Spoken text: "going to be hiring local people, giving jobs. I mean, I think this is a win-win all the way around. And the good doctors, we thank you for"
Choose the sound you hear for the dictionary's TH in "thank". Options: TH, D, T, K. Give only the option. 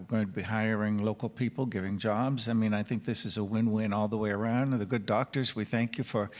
TH